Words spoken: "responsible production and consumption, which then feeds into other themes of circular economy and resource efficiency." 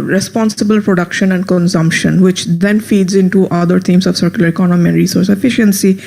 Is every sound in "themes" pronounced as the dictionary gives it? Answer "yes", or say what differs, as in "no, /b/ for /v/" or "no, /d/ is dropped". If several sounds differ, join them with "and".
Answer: no, /t/ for /θ/